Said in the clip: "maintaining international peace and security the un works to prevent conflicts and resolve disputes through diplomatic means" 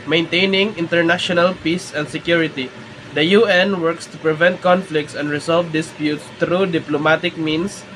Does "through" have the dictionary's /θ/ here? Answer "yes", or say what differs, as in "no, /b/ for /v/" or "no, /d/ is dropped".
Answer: no, /t/ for /θ/